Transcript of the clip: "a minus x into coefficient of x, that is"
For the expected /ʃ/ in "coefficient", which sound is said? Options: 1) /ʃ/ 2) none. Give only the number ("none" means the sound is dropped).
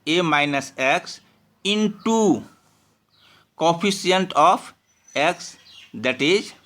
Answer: 2